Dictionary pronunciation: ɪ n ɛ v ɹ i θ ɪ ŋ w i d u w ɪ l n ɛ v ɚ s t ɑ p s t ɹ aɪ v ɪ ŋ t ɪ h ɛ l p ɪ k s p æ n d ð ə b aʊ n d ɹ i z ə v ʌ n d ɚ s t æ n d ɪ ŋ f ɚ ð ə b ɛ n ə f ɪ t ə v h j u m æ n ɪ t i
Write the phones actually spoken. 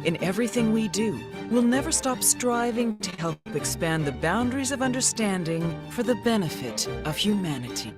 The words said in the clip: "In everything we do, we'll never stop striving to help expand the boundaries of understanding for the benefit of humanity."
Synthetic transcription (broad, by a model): ɪ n ɛ v ɹ i θ ɪ ŋ w i d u w ɪ l n ɛ v ɚ s t ɑ p s t ɹ aɪ v ɪ ŋ t ɪ h ɛ l p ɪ k s p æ n ð ə b aʊ n d ɹ i z ə v ʌ n d ɚ s t æ n d ɪ ŋ f ɚ ð ə b ɛ n ə f ɪ t ə v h j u m æ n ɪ t i